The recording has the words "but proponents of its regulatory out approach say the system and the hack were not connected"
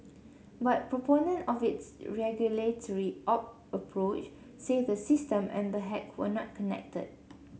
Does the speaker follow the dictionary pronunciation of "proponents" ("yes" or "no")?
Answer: no